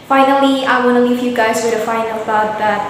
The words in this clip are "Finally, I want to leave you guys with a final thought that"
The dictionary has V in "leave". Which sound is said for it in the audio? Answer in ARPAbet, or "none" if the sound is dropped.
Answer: F